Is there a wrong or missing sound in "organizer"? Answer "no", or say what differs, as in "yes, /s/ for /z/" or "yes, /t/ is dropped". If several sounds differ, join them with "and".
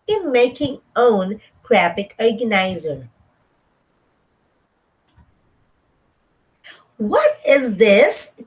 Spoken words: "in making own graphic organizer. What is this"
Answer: no